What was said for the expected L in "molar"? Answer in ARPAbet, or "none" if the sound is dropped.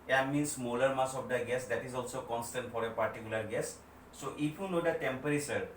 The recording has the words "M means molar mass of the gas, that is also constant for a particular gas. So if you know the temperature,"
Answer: L